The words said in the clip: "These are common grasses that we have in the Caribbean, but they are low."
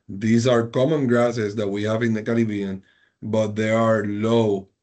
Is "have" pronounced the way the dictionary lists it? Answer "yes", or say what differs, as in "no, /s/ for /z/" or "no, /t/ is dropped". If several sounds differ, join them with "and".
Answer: yes